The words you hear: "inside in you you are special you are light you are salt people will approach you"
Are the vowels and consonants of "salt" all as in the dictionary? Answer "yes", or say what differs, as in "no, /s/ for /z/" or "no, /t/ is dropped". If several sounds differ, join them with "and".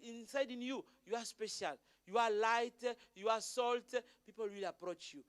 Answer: yes